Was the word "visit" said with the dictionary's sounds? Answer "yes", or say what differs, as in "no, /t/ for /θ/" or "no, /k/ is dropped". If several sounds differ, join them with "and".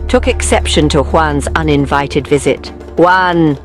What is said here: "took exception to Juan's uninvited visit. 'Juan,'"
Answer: yes